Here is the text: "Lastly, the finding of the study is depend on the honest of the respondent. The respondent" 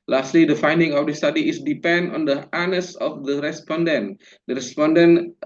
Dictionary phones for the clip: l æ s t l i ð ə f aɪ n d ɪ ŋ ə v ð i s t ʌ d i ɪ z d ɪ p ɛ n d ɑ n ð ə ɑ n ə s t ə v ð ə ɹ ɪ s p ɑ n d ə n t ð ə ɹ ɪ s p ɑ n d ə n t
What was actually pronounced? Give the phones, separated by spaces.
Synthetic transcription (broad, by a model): l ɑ s t l i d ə f aɪ n d ɪ ŋ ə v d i s t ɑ d i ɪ s d ɪ p ɛ n d ɑ n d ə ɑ n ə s ə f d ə ɹ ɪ s p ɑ n d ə n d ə ɹ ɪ s p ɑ n d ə n